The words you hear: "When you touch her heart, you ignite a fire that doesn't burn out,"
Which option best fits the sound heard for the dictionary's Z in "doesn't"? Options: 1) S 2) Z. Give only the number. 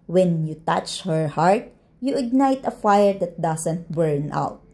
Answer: 1